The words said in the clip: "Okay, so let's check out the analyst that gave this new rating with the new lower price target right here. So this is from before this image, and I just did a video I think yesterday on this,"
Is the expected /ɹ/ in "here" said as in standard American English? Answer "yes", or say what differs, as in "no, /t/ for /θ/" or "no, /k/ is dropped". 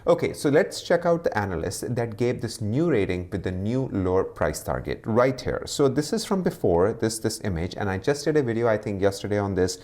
yes